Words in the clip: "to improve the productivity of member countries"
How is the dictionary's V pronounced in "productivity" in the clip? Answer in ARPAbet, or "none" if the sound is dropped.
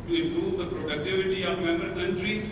V